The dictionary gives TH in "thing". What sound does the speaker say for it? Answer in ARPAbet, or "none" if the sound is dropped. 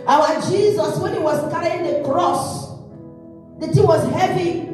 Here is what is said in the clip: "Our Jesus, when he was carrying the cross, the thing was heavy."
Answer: T